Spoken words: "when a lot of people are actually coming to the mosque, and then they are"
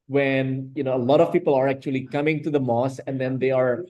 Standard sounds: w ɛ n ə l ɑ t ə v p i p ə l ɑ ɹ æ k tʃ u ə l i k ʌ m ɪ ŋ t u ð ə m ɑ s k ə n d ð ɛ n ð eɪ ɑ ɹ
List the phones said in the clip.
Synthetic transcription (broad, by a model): w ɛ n ə l ɑ t ə v p i p ə l ɑ ɹ æ k tʃ u ə l i k ʌ m ɪ ŋ t u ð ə m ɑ s ə n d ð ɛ n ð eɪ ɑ ɹ